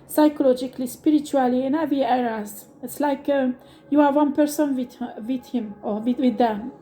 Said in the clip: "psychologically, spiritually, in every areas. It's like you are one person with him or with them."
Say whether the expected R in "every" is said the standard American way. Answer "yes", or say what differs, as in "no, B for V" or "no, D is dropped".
no, R is dropped